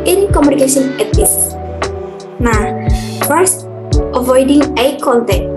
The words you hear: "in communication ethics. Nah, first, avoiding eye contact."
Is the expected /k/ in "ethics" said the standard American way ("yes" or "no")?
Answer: no